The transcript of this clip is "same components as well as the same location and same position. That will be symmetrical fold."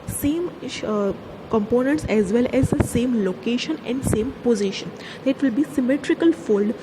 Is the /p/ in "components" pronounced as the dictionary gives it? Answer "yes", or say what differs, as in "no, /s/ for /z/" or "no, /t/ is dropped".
yes